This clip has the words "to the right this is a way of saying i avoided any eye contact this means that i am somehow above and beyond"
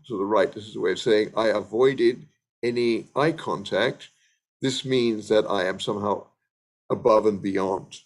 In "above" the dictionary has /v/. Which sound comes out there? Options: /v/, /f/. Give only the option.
/v/